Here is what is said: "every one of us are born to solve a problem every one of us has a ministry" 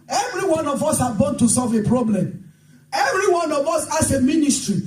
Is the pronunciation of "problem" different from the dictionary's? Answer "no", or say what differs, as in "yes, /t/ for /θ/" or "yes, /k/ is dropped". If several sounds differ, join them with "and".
no